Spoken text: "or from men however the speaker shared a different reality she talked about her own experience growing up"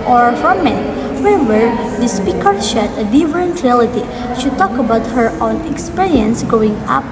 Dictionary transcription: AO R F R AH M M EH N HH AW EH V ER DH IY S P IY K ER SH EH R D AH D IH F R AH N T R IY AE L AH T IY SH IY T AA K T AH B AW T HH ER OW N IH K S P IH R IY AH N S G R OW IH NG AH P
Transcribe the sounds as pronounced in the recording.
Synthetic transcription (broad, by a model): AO R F R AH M M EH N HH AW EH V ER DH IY S P IY K ER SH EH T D AH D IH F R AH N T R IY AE L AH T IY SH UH T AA K AH B AW T HH ER OW N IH K S P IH R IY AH N S G OW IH NG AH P